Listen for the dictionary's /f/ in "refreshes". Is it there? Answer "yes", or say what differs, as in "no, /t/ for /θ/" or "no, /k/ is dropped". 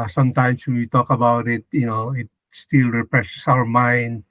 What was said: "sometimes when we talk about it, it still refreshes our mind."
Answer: no, /p/ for /f/